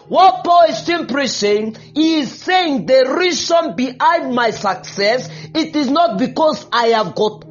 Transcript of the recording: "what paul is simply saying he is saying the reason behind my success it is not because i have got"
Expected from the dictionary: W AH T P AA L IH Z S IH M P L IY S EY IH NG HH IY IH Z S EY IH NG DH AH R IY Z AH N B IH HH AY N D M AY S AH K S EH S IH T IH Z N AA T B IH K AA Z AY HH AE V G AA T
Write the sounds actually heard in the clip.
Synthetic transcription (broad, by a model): W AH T P AA L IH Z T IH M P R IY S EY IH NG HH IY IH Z S EY IH NG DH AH R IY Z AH N B IH HH AY N D M AY S AH K S EH S IH T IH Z N AA T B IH K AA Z AY HH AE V G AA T